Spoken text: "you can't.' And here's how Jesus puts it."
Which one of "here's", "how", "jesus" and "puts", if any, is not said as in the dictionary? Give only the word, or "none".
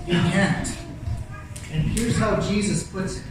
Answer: none